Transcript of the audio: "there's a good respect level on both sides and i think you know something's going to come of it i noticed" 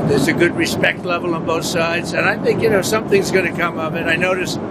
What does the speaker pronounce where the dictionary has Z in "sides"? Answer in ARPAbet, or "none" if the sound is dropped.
Z